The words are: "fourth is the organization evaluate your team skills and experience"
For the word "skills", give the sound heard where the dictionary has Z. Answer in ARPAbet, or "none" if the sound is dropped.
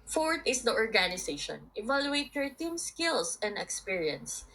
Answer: S